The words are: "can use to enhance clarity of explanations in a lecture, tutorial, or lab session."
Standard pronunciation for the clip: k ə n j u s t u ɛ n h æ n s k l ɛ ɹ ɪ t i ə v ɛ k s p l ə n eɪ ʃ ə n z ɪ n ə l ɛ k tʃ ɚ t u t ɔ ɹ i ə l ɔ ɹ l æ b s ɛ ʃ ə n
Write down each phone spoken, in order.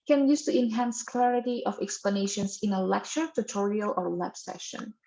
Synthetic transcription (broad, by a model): k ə n j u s t u ɛ n h æ n s k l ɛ ɹ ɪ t i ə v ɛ k s p l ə n eɪ ʃ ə n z ɪ n ə l ɛ k tʃ ɚ t u t ɔ ɹ i ə l ɔ ɹ w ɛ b s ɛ ʃ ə n